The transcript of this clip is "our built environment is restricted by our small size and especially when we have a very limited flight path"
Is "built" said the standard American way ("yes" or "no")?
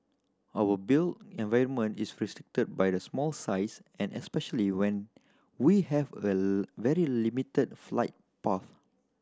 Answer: no